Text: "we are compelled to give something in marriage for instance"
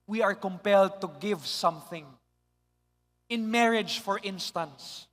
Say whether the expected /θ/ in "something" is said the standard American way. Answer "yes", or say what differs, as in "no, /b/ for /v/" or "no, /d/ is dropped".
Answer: yes